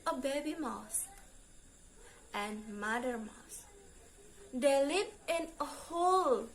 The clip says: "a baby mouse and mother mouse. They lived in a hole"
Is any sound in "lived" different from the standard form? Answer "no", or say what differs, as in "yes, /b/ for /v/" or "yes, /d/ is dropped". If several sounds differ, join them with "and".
yes, /d/ is dropped